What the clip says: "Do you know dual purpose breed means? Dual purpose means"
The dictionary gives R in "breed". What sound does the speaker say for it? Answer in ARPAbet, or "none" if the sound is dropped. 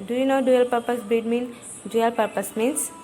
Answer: none